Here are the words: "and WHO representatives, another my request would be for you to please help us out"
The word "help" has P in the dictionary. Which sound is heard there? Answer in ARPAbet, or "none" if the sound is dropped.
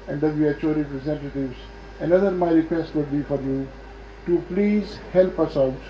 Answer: P